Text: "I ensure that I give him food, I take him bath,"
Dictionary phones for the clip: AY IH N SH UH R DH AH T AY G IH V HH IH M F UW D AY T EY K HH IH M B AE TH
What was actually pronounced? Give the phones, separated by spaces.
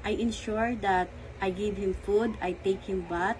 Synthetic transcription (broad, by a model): AY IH N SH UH R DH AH T AY G IH V HH IH M F UW D AY T EY K HH IH M B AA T